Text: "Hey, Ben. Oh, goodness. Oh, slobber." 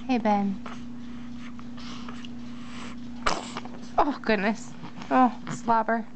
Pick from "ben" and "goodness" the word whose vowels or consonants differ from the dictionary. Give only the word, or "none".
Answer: none